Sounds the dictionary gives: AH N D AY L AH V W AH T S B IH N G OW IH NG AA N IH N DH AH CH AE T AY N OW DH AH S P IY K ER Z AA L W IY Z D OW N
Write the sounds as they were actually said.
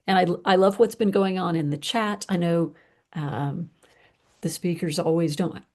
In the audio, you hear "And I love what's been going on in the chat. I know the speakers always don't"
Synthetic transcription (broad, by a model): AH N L AY L AH V W AH T S B IH N G OW IH NG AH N IH N DH AH CH AE T AY N OW DH AH S P IY K ER Z AA L W IY Z D OW N